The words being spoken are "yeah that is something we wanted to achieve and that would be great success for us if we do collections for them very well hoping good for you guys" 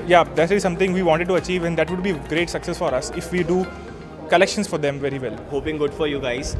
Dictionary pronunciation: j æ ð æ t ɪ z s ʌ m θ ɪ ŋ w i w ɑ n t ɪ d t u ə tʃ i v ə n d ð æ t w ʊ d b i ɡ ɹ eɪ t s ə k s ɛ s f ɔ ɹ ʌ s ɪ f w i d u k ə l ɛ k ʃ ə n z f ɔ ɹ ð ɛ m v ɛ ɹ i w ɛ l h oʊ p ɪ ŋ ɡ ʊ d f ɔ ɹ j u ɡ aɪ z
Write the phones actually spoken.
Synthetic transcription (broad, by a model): j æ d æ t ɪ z s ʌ m t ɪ ŋ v i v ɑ n t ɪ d t u ə tʃ i v ə n d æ t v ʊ d b i ɡ ɹ eɪ t s ə k s ɛ s f ɔ ɹ ʌ s ɪ f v i d u k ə l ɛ k ʃ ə n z f ɔ ɹ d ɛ m v ɛ ɹ i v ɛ l h oʊ p ɪ ŋ ɡ ʊ d f ɔ ɹ j u ɡ aɪ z